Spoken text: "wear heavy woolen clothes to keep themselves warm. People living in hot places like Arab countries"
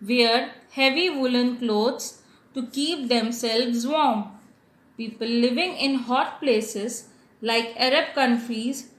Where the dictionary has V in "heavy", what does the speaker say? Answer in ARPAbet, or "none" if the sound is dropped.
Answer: V